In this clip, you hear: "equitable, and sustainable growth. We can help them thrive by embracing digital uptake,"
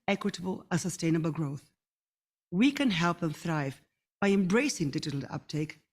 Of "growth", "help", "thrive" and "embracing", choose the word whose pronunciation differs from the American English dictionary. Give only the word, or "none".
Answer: none